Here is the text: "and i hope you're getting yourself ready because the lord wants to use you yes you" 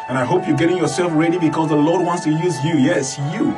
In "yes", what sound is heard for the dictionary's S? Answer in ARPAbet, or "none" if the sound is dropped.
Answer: S